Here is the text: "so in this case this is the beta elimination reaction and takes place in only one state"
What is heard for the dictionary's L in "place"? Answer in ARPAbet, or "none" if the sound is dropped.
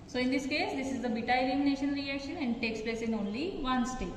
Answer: L